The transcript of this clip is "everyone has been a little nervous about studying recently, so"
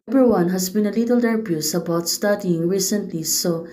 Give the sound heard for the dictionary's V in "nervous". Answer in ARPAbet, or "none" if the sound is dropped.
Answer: B